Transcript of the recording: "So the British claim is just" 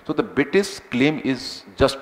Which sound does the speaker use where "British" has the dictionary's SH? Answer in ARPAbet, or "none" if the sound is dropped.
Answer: S